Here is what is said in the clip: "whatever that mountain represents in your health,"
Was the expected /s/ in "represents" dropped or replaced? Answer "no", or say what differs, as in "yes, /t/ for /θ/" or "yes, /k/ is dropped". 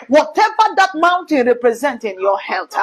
yes, /s/ is dropped